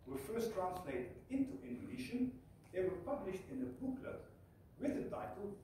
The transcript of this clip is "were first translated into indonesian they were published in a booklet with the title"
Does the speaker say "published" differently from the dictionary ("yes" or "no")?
no